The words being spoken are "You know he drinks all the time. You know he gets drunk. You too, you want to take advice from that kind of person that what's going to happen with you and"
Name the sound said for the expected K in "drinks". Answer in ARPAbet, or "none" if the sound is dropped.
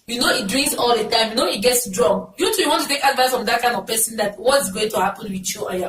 none